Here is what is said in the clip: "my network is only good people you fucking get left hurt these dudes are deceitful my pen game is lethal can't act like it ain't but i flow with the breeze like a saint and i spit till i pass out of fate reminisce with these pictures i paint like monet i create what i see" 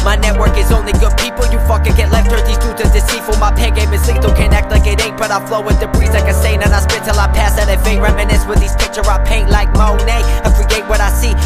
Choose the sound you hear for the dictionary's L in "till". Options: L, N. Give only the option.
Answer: L